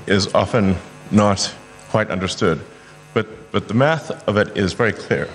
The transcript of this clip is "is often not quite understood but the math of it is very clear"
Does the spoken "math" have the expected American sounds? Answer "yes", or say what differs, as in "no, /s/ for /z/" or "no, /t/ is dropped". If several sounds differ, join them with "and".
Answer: yes